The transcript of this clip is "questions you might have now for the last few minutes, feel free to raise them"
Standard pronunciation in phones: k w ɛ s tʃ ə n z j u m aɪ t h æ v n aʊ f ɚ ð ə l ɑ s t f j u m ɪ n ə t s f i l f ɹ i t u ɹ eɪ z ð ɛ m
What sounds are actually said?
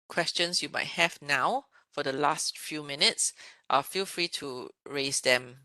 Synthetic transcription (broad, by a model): k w ɛ s tʃ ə n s j u m aɪ t h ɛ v n aʊ f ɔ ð ə l ɑ s t f j u m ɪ n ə t s f i l f ɹ i t u ɹ eɪ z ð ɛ m